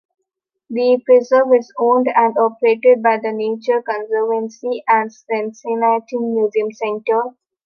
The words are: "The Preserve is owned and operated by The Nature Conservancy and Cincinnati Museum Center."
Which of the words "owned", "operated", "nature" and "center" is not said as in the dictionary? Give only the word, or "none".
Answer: none